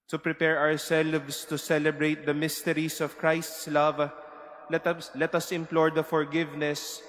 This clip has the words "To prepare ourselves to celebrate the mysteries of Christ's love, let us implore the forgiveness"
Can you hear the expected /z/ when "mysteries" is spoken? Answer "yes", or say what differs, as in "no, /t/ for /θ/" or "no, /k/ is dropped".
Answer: no, /s/ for /z/